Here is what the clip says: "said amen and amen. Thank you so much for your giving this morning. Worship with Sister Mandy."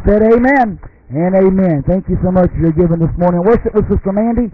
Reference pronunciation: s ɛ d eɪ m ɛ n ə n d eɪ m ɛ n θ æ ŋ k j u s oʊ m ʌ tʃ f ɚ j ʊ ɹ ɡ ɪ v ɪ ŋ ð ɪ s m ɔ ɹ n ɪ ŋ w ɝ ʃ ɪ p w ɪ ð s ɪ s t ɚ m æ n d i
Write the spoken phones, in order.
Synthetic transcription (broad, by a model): s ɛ d eɪ m ɛ n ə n eɪ m ɛ n θ æ ŋ k j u s oʊ m ʌ tʃ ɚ ɹ ɡ ɪ v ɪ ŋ ð ɪ s m ɔ ɹ n ɪ ŋ w ɝ ʃ ɪ p w ɪ ð s ɪ s t ɚ m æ n d i